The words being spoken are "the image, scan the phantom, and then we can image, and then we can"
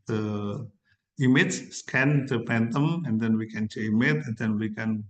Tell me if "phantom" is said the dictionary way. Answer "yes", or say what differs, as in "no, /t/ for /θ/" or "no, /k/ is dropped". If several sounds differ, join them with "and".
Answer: no, /p/ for /f/